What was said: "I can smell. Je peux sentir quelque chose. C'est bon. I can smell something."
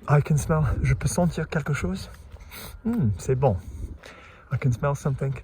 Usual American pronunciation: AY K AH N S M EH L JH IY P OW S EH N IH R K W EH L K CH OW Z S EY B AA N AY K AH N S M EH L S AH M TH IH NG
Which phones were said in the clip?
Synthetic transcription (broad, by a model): AY K AH N S M EH L ZH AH P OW S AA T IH R K EH L K SH OW Z S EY B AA AY K AH N S M EH L S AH M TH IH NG